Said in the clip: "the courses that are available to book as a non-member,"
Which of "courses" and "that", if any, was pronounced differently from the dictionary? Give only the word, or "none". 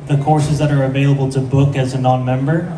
none